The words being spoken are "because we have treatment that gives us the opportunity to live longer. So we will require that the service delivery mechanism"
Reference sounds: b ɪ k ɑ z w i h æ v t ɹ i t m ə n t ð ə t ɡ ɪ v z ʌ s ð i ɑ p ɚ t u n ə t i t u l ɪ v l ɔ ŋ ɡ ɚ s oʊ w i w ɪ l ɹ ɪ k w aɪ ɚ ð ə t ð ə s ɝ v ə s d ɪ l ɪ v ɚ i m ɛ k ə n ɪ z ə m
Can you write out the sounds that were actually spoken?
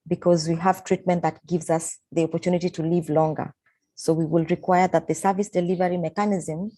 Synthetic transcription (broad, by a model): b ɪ k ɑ z w i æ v t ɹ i t m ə n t ð ə t ɡ ɪ v z ʌ s ð i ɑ p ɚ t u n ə t i t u l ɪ v l ɔ ŋ ɡ ɚ s oʊ w i w ɪ l ɹ ɪ k w aɪ ɚ ð ə t ð ə s ɝ v ə s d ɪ l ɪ v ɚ i m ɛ k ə n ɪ z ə m